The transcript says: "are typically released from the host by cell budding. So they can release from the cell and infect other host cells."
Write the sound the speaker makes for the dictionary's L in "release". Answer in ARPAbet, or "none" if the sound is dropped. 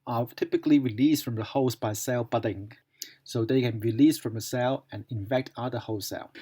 L